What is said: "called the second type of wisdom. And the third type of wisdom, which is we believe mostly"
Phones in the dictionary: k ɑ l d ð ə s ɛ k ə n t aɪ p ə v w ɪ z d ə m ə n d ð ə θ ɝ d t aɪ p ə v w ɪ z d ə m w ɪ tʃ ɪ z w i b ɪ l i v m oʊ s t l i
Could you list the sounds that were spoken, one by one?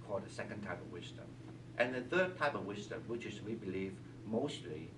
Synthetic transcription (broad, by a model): k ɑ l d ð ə s ɛ k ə n t aɪ p ə v w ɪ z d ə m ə n ð ə θ ɝ d t aɪ p ə v w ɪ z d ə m w ɪ tʃ ɪ z w i b ɪ l i v m oʊ s t l i